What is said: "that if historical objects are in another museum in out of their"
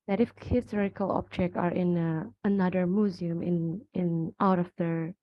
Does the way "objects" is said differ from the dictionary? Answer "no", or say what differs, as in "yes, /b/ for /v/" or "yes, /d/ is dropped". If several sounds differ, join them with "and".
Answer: yes, /s/ is dropped